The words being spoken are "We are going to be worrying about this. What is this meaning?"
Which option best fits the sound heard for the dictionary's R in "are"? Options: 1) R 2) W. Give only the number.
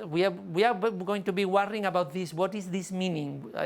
2